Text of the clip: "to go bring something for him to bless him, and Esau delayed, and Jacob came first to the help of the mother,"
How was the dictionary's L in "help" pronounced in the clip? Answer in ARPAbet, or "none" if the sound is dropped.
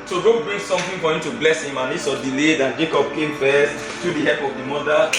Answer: none